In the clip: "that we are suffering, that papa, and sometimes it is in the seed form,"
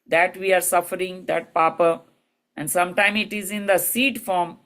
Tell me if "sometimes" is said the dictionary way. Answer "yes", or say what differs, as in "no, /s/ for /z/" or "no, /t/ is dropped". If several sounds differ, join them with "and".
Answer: no, /z/ is dropped